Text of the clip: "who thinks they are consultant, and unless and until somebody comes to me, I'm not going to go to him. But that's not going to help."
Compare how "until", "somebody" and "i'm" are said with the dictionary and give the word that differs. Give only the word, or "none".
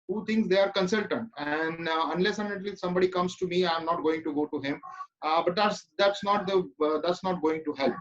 until